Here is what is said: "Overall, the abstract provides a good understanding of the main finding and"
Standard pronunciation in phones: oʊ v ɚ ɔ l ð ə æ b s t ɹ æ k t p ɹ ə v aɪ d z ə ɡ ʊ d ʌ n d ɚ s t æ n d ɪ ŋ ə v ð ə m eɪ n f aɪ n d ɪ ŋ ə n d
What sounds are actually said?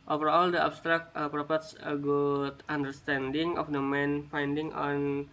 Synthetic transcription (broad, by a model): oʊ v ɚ ɔ l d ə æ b s t ɹ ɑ k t p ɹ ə p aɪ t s ə ɡ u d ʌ n d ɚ s t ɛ n d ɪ ŋ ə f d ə m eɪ n f aɪ n d ɪ ŋ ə n